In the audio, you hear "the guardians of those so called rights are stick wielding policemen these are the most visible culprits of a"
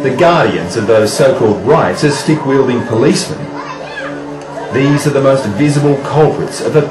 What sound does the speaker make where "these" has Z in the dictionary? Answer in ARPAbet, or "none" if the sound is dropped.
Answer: Z